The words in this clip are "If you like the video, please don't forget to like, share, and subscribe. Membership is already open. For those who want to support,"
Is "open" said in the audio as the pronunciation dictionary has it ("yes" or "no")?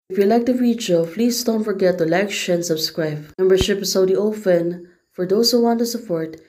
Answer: no